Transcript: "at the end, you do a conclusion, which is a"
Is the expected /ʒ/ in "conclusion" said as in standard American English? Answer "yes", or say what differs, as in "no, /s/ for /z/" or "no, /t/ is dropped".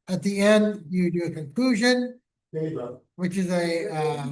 yes